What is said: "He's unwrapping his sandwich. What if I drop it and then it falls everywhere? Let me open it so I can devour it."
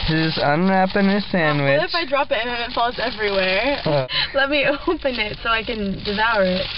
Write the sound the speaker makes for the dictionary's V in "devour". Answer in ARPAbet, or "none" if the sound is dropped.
V